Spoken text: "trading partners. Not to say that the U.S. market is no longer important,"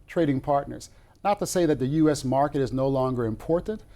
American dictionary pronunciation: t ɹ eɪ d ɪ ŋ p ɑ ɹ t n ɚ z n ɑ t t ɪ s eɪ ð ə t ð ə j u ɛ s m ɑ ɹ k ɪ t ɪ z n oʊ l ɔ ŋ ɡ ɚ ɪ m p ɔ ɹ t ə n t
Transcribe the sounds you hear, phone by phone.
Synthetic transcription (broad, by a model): t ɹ eɪ d ɪ ŋ p ɑ ɹ t n ɚ z n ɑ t t ɪ s eɪ ð ə t ð ə j u ɛ s m ɑ ɹ k ɪ t ɪ z n oʊ l ɔ ŋ ɡ ɚ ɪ m p ɔ ɹ t n t